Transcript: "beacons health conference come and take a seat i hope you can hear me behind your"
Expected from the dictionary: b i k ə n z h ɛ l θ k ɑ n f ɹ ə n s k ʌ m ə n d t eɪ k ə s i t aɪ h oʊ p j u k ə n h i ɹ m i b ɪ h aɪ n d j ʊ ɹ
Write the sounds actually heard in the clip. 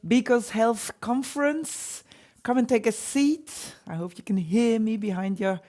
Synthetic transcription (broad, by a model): b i k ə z h ɛ l θ k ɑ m f ɹ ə n s k ʌ m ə n t eɪ k ə s i t aɪ h oʊ p j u k ə n h i ɹ m i b ɪ h aɪ n d j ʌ ɹ